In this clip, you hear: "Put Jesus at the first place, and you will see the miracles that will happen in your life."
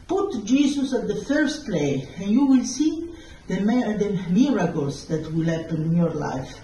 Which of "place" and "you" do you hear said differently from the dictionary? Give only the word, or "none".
place